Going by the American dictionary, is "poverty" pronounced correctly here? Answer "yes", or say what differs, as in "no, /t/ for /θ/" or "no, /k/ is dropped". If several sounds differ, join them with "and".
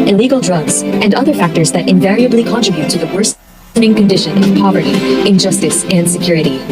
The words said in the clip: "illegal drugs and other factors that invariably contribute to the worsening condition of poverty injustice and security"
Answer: yes